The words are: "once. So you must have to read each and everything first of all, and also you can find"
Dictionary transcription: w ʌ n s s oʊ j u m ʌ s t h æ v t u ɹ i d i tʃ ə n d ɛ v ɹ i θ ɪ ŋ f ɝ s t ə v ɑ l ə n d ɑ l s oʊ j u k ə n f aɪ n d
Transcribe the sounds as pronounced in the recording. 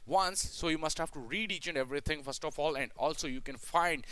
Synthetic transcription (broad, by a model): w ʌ n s s oʊ j u m ʌ s t h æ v t u ɹ i d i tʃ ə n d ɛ v ɹ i t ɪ ŋ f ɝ s t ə f ɑ l ə n d ɑ l s oʊ j u k ə n f aɪ n d